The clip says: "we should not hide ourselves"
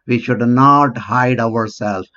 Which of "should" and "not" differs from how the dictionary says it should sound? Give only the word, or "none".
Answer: none